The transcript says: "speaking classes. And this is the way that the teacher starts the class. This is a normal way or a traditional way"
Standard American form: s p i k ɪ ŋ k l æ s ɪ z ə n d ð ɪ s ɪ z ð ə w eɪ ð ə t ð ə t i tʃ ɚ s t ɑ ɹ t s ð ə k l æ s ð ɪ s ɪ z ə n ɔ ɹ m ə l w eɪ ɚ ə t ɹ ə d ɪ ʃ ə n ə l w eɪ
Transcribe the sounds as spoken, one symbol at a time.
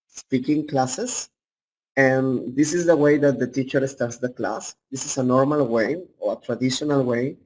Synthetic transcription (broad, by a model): s p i k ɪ ŋ k l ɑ s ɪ s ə n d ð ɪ s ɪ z ð ə w eɪ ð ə t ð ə t i tʃ ɚ s t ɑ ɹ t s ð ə k l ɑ s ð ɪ s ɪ s ə n ɔ ɹ m ə l w eɪ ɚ ə t ɹ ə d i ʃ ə n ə l w eɪ